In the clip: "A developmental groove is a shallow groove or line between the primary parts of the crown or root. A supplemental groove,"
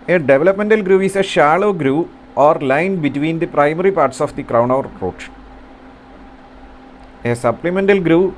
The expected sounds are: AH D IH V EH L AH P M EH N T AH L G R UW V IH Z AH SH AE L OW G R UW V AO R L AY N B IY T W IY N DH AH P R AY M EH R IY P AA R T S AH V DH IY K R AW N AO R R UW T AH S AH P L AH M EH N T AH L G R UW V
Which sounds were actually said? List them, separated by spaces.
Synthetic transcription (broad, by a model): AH D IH V L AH P M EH N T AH L G R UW IH S AH SH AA L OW G R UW AO R L AY N B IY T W IY N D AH P R AY M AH R IY P AA R T S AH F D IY K R AW N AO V R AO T AH S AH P L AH M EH N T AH L G R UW